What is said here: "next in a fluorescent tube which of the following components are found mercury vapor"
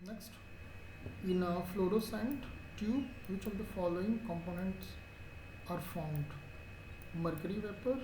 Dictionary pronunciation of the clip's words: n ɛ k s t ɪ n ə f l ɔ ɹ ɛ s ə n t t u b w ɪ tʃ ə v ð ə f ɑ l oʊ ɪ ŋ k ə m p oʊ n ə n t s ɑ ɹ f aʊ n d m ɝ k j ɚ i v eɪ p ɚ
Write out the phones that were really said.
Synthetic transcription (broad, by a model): n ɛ k s t ɪ n ə f l ɔ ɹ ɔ s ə n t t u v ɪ tʃ ə v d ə f ɑ l oʊ ɪ ŋ k ə m p oʊ n ə n t s ɑ ɹ f aʊ n d m ɝ k j ɚ i v eɪ p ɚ